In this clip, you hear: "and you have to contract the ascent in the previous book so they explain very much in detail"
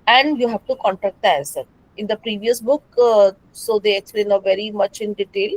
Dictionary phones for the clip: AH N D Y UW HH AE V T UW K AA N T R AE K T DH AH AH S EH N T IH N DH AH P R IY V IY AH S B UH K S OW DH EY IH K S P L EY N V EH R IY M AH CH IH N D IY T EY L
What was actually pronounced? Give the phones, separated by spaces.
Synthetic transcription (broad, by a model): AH N D Y UW HH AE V T UW K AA N T R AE K T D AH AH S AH T IH N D AH P R IY V IY AH S B UH K S OW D EY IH K S P L EY N V EH R IY M AH CH IH N D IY T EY L